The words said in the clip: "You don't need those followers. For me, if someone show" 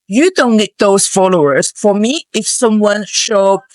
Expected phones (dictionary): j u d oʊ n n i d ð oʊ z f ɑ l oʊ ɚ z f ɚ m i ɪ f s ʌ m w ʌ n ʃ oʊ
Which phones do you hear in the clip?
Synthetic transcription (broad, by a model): j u d oʊ n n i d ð oʊ s f ɑ l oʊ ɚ s f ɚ m i ɪ f s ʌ m w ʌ n ʃ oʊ